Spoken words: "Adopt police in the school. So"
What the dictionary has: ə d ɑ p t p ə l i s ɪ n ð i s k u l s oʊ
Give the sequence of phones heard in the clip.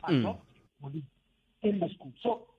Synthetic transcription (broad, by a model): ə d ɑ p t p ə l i ɪ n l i s k u l s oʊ